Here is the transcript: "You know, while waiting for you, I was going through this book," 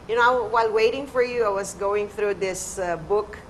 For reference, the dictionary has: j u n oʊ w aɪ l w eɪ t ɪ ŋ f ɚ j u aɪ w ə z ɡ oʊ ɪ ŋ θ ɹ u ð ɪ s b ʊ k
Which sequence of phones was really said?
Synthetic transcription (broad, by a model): j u n oʊ w aɪ l w eɪ t ɪ ŋ f ɚ j u aɪ w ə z ɡ oʊ ɪ ŋ θ ɹ u ð ɪ s b ʊ k